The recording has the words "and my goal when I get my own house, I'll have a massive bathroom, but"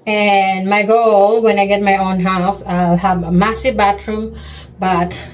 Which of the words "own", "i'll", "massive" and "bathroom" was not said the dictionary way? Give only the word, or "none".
bathroom